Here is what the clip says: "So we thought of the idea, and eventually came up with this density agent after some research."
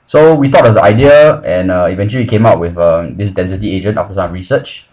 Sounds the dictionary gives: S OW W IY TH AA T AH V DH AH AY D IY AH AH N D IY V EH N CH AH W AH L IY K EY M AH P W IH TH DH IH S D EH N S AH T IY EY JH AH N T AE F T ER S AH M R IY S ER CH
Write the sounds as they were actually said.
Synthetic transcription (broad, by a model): S OW W IY T AA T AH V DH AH AY D IY AH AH N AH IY V EH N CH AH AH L IY K EY M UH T W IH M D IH S D EH N S AH T IY EY JH AH N T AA F T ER S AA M R IY S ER CH